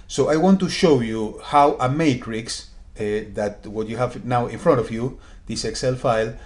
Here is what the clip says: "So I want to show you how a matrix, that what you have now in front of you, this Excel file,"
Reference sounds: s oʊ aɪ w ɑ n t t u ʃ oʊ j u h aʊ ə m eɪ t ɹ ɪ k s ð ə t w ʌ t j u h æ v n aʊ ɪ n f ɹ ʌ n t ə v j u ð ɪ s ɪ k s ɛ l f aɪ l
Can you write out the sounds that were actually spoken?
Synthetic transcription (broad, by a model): s oʊ aɪ w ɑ n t t u ʃ oʊ j u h aʊ ə m eɪ t ɹ ɪ k s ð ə t w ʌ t j u h æ v n aʊ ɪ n f ɹ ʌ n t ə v j u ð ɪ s ɪ k s ɛ l f aɪ l